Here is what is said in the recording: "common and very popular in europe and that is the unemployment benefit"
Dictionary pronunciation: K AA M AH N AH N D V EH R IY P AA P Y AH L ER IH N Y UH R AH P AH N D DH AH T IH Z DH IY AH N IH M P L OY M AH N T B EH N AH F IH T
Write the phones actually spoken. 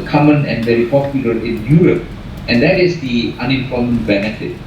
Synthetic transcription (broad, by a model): K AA M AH N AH N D V EH R IY P AA P Y AH L ER IH N Y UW R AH P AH N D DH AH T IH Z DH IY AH N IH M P OY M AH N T B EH N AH F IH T